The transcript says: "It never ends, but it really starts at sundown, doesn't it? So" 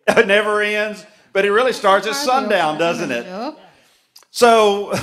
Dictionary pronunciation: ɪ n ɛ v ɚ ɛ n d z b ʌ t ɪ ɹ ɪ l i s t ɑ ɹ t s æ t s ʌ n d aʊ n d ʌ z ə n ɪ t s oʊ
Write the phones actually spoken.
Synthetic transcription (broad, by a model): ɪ n ɛ v ɚ ɛ n d z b ʌ t ɪ ɹ ɪ l i s t ɑ ɹ t s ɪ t s ʌ n d aʊ n d ʌ z ə n ɪ t s oʊ